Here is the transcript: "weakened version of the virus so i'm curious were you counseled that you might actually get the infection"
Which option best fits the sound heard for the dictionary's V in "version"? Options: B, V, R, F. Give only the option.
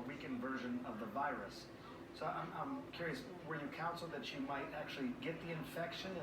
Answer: V